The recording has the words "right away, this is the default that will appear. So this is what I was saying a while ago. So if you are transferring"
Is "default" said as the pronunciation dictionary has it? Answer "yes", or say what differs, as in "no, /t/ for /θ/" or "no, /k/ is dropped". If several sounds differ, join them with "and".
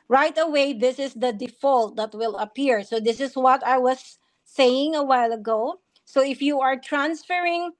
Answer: yes